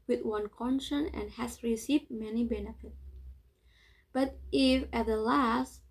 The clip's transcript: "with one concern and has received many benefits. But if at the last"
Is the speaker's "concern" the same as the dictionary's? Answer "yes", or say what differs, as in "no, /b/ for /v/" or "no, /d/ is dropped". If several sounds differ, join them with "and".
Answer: no, /ʃ/ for /s/